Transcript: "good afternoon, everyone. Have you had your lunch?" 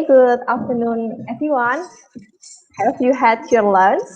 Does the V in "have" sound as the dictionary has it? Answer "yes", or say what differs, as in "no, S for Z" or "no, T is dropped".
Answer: no, P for V